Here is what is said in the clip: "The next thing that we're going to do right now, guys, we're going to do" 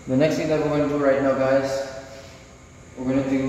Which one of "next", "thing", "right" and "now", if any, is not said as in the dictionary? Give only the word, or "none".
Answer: thing